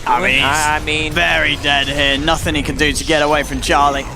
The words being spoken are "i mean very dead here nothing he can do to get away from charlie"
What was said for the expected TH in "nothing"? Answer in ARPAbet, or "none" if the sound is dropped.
TH